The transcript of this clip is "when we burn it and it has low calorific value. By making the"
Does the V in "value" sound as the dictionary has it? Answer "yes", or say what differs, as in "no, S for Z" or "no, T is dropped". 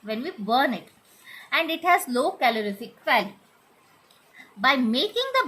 no, F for V